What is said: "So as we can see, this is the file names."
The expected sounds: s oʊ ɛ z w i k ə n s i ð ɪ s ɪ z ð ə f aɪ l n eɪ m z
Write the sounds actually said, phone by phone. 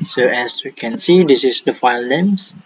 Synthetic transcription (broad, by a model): s oʊ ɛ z w i k ə n s i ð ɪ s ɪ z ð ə f aɪ l n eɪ m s